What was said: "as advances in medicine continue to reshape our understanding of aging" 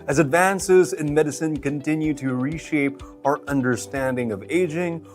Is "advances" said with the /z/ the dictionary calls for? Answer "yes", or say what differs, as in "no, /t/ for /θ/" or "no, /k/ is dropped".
yes